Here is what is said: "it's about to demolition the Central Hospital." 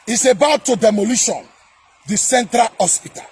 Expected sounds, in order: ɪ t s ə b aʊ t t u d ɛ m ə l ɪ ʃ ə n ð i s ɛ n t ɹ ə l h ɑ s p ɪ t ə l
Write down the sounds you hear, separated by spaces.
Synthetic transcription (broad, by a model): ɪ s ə b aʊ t t u d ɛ m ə l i ʃ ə n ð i s ɛ n t ɹ ə l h ɑ s p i t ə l